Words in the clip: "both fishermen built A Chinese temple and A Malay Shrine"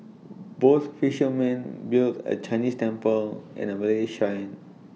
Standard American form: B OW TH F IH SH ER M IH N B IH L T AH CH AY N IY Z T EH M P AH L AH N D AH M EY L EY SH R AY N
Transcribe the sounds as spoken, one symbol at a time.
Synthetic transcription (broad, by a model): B OW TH F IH SH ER M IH N B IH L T AH CH AY N IY S T EH M P AH L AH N AH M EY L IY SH AY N